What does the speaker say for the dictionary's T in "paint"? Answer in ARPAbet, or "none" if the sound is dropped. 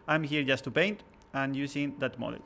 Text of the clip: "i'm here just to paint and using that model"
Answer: T